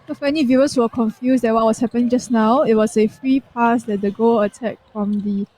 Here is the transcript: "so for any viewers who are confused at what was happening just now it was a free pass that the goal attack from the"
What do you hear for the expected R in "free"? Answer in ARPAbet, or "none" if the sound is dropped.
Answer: R